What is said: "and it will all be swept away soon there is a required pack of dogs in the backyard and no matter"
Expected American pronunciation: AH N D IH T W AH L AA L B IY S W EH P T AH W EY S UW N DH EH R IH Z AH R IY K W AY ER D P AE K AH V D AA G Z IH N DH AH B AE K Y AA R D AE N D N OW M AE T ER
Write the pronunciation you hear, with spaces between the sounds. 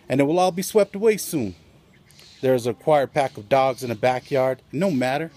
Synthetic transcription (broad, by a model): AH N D IH T W AH L AA L B IY S W EH P T AH W EY S UW N DH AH R IH Z AH K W AY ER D P AE K AH V D AA G Z IH N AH B AE K Y AA R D D N OW M AE T ER